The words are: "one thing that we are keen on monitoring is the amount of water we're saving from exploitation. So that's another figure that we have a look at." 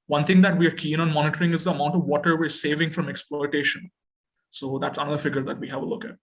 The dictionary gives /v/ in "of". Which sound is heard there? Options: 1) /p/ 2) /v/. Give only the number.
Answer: 2